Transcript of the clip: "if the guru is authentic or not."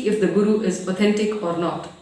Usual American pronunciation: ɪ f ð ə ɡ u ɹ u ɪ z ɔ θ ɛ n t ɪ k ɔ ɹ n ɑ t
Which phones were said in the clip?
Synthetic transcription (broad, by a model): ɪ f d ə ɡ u ɹ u ɪ z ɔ t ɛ n t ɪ k ɔ ɹ n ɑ t